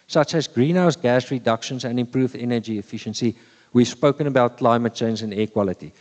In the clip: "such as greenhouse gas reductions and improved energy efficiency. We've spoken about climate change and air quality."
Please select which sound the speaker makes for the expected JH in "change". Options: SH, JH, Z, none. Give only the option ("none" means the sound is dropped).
Z